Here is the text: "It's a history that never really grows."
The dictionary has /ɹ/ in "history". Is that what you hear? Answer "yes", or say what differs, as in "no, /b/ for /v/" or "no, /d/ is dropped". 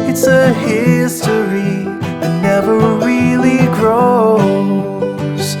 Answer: no, /ɹ/ is dropped